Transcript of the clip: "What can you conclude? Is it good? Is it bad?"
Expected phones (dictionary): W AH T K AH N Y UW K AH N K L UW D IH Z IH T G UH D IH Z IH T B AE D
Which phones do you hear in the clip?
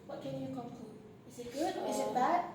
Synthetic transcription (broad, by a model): W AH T K AH N Y UW K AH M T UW IH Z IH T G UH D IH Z IH T B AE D